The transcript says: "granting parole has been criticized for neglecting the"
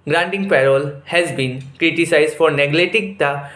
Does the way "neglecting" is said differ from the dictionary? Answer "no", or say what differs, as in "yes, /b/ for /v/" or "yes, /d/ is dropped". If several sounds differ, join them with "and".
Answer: yes, /k/ is dropped